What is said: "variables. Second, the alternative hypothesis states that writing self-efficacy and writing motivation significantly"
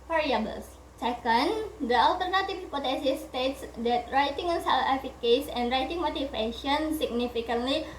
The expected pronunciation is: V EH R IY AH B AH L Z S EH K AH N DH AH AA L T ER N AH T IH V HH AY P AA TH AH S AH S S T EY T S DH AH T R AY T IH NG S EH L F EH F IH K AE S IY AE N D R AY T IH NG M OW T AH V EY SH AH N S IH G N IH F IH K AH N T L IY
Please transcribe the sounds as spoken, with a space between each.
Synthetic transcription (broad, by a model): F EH R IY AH B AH L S S EH K AH N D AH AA L T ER N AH T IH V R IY P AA T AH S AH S S T EY T S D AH T R AY T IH NG S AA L EH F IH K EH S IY N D R AY T IH NG M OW T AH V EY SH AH N S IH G N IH F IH K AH N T L IY